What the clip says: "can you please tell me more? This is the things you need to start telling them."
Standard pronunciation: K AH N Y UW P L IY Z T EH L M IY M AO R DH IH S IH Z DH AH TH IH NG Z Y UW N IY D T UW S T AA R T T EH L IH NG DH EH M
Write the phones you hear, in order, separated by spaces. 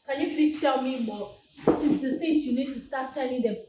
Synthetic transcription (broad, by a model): K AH N Y UW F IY S T EH L M IY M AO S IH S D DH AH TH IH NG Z Y UW N IY D T UW S T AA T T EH N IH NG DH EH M